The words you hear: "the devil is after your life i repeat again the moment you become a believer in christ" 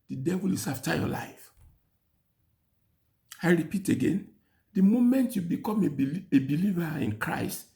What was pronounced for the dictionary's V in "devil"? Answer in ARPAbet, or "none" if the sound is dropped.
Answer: V